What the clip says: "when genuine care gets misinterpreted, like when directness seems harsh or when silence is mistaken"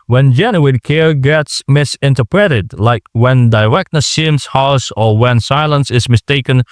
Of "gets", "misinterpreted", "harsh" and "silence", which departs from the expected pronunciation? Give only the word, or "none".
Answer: harsh